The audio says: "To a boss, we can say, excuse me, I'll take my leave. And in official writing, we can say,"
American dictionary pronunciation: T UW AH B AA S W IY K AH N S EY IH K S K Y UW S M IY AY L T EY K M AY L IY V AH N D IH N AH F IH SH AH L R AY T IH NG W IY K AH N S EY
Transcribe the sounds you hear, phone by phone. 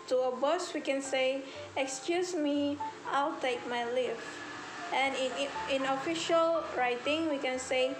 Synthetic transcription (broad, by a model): T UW AH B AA S W IY K AH N S EY IH K S K Y UW S M IY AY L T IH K M AY L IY F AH N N IH N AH F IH SH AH L R AY T IH NG W IY K AH N S EY